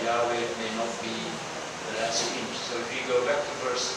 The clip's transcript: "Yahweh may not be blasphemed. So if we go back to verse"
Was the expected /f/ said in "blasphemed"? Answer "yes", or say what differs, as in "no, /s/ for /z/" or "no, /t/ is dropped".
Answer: no, /f/ is dropped